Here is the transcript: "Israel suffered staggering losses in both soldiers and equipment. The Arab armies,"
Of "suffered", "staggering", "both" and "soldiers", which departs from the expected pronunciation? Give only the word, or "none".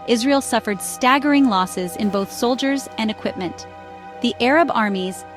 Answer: none